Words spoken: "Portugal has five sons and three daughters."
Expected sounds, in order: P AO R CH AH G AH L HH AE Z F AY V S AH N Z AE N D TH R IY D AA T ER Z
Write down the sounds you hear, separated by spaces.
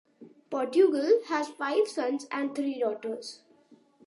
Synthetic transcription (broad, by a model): P AO R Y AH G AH L HH AE Z F AY V S AH N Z AE N D T R IY D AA T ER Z